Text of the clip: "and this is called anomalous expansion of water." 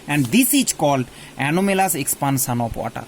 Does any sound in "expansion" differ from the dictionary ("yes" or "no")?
yes